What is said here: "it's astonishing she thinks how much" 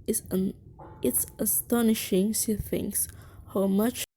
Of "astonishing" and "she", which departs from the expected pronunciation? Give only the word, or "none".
she